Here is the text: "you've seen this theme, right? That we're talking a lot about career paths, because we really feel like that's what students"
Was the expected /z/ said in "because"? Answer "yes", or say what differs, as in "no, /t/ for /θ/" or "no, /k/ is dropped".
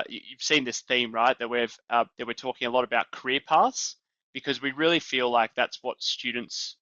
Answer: yes